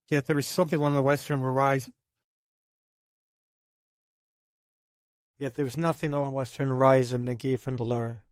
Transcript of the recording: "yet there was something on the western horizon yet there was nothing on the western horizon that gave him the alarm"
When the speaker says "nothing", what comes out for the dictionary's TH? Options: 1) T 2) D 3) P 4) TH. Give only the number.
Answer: 4